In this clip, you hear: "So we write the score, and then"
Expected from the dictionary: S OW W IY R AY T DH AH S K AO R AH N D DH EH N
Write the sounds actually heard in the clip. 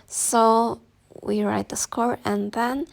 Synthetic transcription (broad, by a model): S OW W IY R AY T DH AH S K AO R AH N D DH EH N